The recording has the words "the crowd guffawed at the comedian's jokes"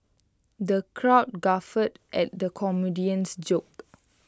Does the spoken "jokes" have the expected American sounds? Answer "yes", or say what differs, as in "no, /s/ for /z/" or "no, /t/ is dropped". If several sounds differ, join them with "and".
no, /s/ is dropped